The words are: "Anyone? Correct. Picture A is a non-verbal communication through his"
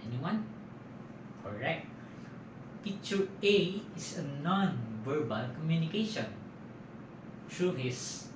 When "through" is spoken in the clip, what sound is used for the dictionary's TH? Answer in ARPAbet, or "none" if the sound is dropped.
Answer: T